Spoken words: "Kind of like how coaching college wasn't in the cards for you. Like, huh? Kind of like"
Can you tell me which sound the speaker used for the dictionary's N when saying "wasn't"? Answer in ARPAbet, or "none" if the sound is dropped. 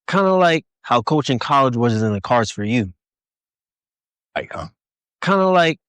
none